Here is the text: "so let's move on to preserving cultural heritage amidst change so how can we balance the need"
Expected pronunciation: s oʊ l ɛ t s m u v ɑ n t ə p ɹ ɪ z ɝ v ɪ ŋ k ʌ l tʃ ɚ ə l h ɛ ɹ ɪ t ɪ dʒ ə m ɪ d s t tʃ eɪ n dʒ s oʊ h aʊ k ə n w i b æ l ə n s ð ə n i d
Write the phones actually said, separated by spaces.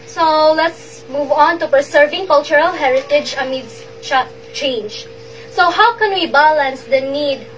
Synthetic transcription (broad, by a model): s oʊ l ɛ t s m u v ɑ n t ə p ɪ s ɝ v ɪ ŋ k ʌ l tʃ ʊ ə l h ɛ ɹ ɪ t ɪ dʒ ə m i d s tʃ tʃ eɪ n dʒ s oʊ h aʊ k ə n w i b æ l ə n s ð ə n i d